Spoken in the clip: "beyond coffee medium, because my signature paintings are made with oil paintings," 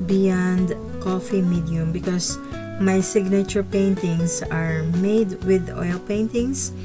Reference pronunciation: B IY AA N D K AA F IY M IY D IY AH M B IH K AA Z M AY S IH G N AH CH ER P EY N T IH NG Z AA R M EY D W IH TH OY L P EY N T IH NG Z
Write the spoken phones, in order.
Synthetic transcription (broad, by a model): B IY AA N D K AA F IY M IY D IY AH M B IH K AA S M AY S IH G N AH CH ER P EY N T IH NG S AA R M EY D W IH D OY L P EY N T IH NG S